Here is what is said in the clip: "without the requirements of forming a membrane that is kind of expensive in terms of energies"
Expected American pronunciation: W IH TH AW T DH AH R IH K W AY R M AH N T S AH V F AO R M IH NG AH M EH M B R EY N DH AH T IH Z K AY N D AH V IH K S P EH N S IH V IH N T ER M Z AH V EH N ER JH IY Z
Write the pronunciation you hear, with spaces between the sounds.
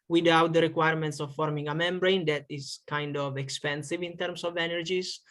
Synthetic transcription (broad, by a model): W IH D AW T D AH R IH K W AY R M AH N T S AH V F AO R M IH NG AH M EH M B R EY N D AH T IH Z K AY N D AH V IH K S P EH N S IH V IH N T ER M S AH V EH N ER JH IY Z